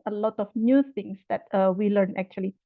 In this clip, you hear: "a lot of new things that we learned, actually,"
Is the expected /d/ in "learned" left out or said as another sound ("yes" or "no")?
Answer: yes